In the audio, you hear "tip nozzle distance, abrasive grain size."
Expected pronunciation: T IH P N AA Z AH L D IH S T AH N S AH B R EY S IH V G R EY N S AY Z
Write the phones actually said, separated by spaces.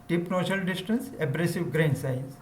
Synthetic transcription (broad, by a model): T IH P N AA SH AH L D IH S T AH N S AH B R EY S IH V G R EY N S AY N